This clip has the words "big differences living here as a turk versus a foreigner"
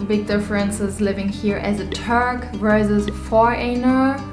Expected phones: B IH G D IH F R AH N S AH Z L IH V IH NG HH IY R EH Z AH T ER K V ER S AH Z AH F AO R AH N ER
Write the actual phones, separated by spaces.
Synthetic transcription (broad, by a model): B IH G D IH F R AH N S AH Z L IH V IH NG HH IY R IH Z AH T ER K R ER AH Z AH F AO R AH N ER